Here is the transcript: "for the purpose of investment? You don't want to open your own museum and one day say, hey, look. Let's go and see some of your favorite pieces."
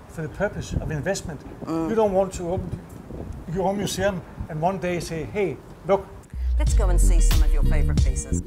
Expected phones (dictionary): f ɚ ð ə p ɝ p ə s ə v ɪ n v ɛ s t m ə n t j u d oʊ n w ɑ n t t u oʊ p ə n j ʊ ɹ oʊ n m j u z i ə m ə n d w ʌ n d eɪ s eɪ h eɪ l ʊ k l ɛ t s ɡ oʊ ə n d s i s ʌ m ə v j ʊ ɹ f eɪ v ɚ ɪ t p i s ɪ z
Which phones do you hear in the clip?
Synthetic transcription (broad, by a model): f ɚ ð ə p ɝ p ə s ə v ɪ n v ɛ s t m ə n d j u d oʊ n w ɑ n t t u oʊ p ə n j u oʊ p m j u s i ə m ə n w ʌ n d eɪ s eɪ h eɪ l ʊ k l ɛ t s ɡ oʊ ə n s i s ʌ m ə v j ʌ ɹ f eɪ v ɚ ɪ t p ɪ s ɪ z